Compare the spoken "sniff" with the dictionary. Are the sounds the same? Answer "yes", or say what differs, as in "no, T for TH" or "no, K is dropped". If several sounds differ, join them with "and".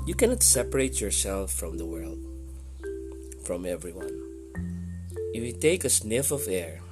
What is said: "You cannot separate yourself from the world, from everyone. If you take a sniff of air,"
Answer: yes